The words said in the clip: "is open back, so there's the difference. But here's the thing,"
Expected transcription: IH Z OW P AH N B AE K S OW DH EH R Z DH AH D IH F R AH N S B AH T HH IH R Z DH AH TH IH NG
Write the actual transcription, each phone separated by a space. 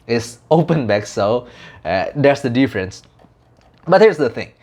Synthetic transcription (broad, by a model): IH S OW P AH N B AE K S OW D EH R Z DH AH D IH F R AH N S B AH T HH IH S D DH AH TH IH NG